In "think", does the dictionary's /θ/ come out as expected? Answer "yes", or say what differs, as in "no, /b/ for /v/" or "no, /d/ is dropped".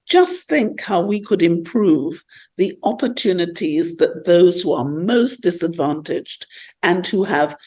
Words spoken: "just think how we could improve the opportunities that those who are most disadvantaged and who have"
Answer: yes